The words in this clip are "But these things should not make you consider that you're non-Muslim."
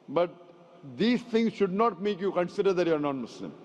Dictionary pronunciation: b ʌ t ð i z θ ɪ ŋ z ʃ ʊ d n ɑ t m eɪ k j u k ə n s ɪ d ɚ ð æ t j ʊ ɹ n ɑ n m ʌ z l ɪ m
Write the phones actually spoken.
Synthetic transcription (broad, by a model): b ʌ t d i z t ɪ ŋ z ʃ ʊ d n ɑ t m eɪ k j u k ə n s ɪ d ɚ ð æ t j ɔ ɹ n ɑ n m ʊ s l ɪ m